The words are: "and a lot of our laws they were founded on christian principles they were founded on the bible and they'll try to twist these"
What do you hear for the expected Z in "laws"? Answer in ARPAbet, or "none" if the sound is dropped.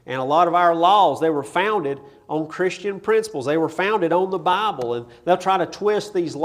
Z